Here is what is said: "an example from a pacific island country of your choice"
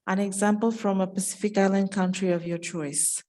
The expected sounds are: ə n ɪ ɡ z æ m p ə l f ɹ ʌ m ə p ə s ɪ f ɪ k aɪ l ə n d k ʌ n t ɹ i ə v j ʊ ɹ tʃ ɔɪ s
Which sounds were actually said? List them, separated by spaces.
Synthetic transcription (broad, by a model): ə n ɪ ɡ z æ m p ə l f ɹ ʌ m ə p ə s ɪ f ɪ k aɪ l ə n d k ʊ n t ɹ i ə v j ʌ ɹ tʃ ɔɪ s